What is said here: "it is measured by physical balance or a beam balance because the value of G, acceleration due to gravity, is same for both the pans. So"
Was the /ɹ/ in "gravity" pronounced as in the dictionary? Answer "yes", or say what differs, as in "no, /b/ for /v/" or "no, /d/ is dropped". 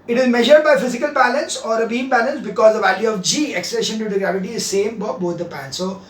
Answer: yes